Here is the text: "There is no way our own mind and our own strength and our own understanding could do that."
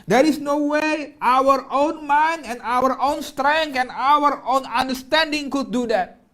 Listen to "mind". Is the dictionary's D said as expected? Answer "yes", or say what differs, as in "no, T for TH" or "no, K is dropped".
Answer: no, D is dropped